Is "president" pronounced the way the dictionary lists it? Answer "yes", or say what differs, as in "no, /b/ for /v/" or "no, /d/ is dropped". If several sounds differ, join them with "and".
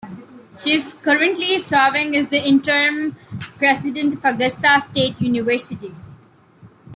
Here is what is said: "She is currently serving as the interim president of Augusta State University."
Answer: no, /s/ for /z/